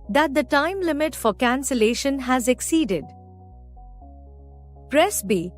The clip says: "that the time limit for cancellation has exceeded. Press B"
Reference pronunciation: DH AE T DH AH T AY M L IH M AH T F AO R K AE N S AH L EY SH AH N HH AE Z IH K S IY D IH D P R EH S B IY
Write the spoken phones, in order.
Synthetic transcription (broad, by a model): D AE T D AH T AY M L IH M AH T F AO R K AE N S AH L EY SH AH N HH AE Z IH K S IY D IH D P R EH S B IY